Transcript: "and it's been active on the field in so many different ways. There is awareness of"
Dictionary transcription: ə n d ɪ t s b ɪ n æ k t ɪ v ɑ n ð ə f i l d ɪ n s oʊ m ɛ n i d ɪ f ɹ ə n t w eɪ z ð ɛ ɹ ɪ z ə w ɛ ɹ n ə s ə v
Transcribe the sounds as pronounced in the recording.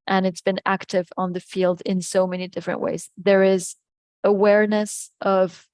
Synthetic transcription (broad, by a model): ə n ɪ t s b ɪ n æ k t ɪ v n ð ə f i l d ɪ n s oʊ m ɛ n i d ɪ f ɹ ə n t w eɪ z ð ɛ ɹ ɪ z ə w ɛ ɹ n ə s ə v